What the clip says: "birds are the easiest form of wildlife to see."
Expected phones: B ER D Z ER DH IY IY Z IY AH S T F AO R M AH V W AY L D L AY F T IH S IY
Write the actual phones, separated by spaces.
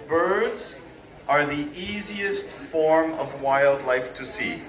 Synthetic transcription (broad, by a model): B ER D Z ER DH IY IY Z IY AH S T F AO R M AH V W AY L D L AY F T IH S IY